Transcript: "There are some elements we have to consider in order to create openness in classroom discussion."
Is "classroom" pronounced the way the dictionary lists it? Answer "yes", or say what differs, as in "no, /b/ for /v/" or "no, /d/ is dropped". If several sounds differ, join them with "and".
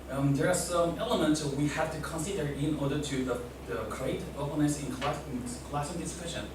no, /ɹ/ is dropped